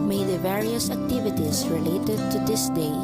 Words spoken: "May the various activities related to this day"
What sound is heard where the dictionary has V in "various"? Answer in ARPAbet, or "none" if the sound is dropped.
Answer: V